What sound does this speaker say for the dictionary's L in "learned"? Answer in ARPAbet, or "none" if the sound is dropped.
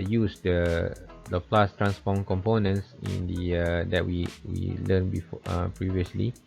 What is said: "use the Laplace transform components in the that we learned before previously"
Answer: W